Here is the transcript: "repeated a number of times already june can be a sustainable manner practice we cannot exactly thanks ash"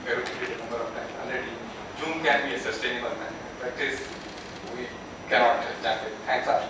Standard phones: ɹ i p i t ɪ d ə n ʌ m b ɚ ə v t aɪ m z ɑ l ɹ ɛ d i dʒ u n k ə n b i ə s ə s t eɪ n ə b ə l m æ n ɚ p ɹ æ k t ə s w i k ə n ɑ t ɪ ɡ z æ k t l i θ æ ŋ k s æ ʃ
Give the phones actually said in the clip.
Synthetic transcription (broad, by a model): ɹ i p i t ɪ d ə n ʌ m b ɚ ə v t aɪ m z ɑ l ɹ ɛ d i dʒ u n k ə n b i ə s ə s t eɪ n ə b ə l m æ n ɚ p ɹ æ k t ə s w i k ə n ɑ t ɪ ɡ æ t i t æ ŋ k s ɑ